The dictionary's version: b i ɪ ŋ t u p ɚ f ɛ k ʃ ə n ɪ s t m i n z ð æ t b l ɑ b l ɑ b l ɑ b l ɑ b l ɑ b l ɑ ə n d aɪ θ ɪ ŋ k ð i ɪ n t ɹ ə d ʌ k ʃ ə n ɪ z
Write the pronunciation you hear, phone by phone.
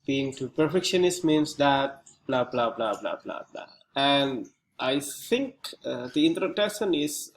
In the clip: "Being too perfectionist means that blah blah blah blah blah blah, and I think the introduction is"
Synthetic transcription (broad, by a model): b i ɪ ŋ t u p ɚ f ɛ k ʃ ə n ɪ s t m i n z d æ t b l ɑ b l ɑ b l ɑ b l ɑ b l ɑ b l ɑ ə n d aɪ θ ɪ ŋ k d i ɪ n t ə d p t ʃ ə n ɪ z